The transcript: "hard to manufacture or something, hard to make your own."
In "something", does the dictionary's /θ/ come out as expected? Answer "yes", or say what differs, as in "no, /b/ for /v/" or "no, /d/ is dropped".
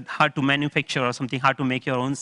no, /t/ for /θ/